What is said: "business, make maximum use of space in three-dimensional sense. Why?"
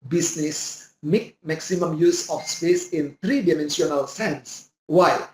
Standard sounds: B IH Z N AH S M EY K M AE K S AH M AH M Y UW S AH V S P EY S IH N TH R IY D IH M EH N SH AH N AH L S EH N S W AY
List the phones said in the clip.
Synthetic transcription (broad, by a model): B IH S N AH S M EY K M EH K S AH M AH M Y UW S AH F S P EY S IH N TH R IY D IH M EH N S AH N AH L S EH N S W AY